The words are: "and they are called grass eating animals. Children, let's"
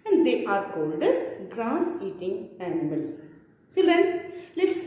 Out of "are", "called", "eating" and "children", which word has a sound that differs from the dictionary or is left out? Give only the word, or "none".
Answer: children